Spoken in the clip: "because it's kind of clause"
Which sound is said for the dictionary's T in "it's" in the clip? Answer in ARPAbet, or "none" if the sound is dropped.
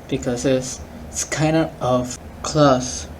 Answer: S